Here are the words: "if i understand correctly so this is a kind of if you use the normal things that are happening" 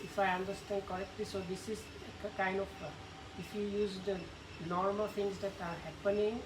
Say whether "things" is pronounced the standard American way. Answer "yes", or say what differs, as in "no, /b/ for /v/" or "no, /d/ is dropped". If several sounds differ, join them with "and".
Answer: no, /t/ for /θ/